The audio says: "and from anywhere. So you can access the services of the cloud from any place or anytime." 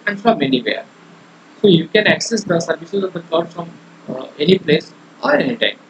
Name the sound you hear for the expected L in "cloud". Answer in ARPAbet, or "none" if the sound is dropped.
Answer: none